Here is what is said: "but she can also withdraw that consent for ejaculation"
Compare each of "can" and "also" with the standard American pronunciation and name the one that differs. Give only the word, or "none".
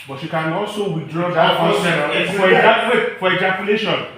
also